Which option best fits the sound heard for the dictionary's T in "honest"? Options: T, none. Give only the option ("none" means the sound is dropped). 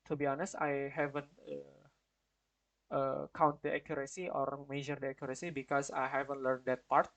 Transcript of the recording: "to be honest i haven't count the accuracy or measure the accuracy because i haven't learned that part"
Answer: T